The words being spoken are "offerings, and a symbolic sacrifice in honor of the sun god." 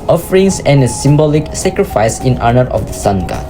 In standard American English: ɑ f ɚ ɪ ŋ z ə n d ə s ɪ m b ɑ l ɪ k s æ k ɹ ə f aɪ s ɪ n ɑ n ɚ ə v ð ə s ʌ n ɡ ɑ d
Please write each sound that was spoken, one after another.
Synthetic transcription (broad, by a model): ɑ f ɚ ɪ ŋ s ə n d ə s ɪ m b ɑ l ɪ k s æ k ɹ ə f aɪ s ɪ n ɑ n ɚ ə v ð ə s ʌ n ɡ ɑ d